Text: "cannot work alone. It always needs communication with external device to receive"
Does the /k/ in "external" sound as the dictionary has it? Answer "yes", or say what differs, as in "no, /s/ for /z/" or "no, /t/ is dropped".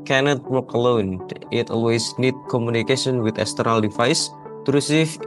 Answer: no, /k/ is dropped